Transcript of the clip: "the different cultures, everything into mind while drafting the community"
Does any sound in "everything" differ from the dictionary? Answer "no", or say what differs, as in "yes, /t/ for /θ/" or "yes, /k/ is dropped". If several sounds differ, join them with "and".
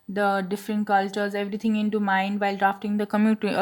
yes, /t/ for /θ/